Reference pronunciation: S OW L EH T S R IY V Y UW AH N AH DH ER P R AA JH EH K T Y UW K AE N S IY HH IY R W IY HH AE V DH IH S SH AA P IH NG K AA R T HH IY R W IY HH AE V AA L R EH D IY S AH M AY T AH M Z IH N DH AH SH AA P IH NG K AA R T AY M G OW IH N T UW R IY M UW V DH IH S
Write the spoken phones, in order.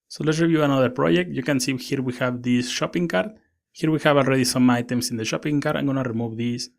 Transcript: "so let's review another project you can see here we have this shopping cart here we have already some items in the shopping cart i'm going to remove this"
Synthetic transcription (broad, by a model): S OW L EH T S R IY V Y UW AH N AH DH ER P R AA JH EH K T Y UW K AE N S IY HH IY R W IY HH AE V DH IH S SH AA P IH NG K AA R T HH IY R W IY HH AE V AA L R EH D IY S AH M AY T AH M S IH N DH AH SH AA P IH NG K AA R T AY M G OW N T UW R IY M UW V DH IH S